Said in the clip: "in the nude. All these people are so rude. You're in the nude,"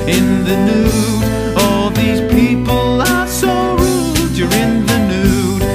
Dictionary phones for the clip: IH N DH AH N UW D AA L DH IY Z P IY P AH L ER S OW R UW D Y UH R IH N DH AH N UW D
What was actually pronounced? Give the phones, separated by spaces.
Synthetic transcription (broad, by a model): IH N DH AH N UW AA L DH IY Z P IY P AH L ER S OW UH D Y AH R IH N DH AH N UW